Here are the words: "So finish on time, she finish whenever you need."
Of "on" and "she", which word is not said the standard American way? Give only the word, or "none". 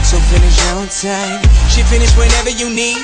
on